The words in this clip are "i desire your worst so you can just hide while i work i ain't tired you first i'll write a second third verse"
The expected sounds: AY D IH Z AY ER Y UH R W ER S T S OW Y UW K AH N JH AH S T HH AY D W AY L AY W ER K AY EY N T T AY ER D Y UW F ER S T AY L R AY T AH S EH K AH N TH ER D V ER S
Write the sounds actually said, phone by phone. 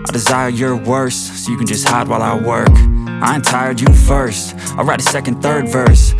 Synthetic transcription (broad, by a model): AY D IH Z AY ER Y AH R W ER S S OW Y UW K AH N JH AH S T HH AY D W AY L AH W ER K AY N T T AY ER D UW F ER S T AY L R AY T AH S EH K AH N TH ER D V ER S